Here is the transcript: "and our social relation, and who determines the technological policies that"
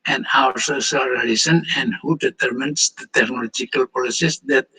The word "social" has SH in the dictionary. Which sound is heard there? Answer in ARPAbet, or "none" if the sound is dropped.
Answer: S